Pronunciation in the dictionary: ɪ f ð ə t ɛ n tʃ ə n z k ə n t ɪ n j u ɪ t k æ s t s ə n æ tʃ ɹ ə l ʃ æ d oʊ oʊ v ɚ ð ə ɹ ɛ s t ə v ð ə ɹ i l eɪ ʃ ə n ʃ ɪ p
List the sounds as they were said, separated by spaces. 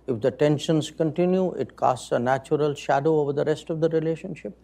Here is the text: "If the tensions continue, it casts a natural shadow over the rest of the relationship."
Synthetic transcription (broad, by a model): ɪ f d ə t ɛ n ʃ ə n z k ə n t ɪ n j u ɪ t k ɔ s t s ə n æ tʃ ɹ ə l ʃ æ d oʊ oʊ v ɚ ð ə ɹ ɛ s t ə v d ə ɹ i l eɪ ʃ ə n ʃ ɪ p